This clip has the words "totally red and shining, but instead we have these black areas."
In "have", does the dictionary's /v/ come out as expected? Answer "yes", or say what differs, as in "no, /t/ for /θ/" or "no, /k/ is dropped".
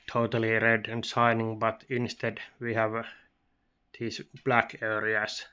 yes